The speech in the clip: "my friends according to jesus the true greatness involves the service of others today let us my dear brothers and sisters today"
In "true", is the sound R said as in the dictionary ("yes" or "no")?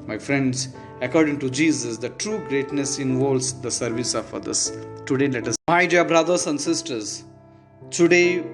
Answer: yes